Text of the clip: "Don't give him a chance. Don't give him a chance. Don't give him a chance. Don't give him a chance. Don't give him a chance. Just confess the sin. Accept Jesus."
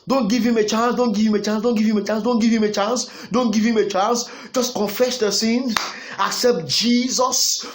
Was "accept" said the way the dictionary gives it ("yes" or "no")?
yes